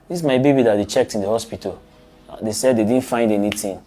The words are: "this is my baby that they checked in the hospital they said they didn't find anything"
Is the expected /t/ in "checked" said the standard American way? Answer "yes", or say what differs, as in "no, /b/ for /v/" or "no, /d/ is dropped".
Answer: yes